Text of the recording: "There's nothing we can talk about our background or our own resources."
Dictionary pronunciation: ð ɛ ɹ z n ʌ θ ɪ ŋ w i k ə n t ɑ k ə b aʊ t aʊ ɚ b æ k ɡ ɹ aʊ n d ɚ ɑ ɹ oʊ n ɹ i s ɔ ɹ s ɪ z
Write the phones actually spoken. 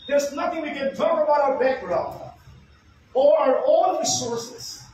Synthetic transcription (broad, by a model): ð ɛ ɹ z n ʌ t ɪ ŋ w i k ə n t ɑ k ə b aʊ t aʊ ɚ b æ k ɡ ɹ aʊ n d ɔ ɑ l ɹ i s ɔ ɹ s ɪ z